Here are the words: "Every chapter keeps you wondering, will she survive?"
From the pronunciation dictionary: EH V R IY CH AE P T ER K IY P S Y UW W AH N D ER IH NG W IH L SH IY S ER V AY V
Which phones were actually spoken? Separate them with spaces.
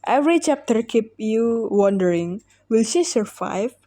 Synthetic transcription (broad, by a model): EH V R IY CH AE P T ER K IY P Y UW W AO N D ER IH NG W IH L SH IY S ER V AY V